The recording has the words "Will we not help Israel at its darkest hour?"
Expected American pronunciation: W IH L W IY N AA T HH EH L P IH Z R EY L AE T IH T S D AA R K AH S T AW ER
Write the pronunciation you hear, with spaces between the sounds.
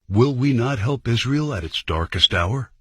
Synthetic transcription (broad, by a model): W IH L W IY N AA T HH EH L P IH Z R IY L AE T IH T S D AA R K AH S T AW ER